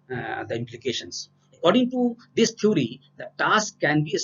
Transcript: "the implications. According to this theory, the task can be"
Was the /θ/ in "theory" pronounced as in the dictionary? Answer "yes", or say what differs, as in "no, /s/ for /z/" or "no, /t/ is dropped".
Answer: no, /t/ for /θ/